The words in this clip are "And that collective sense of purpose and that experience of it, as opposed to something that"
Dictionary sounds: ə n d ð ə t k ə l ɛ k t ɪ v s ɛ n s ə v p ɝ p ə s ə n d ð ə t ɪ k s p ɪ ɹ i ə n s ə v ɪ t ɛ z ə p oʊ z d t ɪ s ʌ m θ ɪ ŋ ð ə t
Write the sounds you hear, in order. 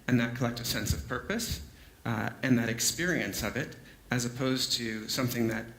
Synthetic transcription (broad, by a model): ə n ð ə t k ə l ɛ k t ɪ s ɛ n s ə v p ɝ p ə s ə n ð ə t ɪ k s p ɪ ɹ i ə n s ə v ɪ t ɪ z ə p oʊ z t ɪ s ʌ m θ ɪ ŋ ð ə t